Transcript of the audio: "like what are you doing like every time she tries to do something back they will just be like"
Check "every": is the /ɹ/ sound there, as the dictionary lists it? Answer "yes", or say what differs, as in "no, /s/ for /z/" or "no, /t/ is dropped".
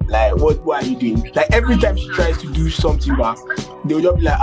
yes